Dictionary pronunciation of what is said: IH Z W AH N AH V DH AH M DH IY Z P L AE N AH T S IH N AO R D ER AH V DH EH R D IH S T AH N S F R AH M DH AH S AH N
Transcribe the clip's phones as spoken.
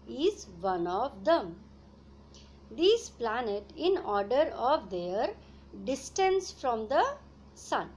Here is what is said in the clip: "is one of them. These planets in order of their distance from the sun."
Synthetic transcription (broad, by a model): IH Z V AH N AH V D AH M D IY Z P L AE N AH T IH N AO R D ER AH V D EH R D IH S T AH N S F R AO M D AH S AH N